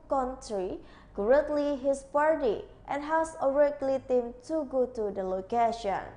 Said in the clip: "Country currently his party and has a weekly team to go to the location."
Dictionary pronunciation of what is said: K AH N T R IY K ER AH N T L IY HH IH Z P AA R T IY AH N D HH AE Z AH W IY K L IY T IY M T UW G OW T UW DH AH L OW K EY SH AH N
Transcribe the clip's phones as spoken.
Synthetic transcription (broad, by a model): K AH N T R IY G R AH T L IY HH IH S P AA R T IY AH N HH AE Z AH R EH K L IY T IY M T UW G OW T UW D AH L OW K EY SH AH N